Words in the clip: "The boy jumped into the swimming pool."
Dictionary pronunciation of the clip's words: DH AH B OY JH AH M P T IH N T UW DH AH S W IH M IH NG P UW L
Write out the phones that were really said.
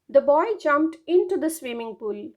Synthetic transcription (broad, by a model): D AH B OY JH AH M P T IH N T UW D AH S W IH M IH NG P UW L